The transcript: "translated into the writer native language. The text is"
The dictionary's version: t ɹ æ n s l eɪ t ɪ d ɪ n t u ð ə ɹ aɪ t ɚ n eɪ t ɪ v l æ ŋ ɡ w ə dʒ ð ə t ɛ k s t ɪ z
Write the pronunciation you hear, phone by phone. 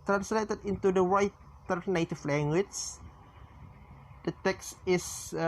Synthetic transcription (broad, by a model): t ɹ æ n s l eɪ t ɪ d ɪ n t u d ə w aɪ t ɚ n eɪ t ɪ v l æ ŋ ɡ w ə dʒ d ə t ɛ k s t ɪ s